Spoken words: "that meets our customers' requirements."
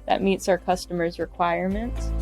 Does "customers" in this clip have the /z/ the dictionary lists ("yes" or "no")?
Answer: yes